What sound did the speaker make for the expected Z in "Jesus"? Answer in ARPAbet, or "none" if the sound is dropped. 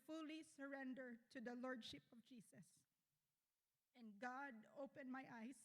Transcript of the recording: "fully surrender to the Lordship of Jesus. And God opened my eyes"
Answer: S